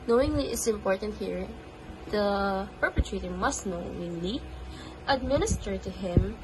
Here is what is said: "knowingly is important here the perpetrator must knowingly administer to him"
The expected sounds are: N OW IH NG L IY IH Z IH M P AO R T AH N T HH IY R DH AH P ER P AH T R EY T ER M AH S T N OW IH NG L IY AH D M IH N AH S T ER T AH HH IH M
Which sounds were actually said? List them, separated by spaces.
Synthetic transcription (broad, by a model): N OW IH NG L IY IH S IH M P AO R T AH N T HH IY R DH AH P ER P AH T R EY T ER M AH S T N OW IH NG L IY AH D M IH N AH S T ER T AH HH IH M